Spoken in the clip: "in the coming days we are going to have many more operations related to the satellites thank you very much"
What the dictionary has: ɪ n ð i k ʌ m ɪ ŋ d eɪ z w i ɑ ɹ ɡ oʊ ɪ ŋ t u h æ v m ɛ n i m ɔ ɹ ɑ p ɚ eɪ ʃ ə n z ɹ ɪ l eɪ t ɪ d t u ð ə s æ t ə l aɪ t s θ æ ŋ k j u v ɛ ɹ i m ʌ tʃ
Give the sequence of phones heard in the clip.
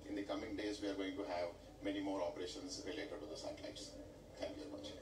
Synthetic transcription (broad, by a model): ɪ n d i k ʌ m ɪ ŋ d eɪ z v i ɑ ɹ ɡ oʊ ɪ ŋ t u h æ v m ɛ n i m ɔ ɹ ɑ p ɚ eɪ ʃ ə n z ɹ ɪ l eɪ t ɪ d t u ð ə s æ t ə l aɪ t s t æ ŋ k j u v ɛ ɹ i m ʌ tʃ